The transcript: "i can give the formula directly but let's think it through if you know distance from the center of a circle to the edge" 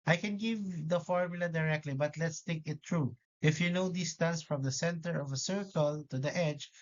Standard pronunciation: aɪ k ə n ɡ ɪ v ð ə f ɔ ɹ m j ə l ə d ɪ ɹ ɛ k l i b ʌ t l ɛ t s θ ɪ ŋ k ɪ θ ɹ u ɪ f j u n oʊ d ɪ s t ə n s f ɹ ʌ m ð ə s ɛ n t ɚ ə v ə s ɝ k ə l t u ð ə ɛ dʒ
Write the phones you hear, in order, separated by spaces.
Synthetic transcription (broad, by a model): aɪ k ə n ɡ ɪ v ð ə f ɔ ɹ m j ə l ə d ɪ ɹ ɛ k l i b ʌ t l ɛ t s t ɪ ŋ k ɪ t ɹ u ɪ f j u n oʊ d ɪ s t ə n s f ɹ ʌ m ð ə s ɛ n t ɚ ə v ə s ɝ k ə l t u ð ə ɛ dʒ